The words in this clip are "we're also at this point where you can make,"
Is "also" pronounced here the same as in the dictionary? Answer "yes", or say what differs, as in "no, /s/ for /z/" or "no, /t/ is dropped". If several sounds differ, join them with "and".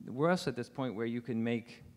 no, /l/ is dropped